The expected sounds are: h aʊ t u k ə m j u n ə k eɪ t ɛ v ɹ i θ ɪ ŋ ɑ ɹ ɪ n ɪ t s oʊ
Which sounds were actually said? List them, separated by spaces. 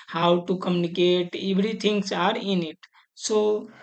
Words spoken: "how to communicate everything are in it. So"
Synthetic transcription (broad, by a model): h aʊ t u k ə m j u n ə k eɪ t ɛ b ɹ i t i ŋ ɑ ɹ ɪ n ɪ t s oʊ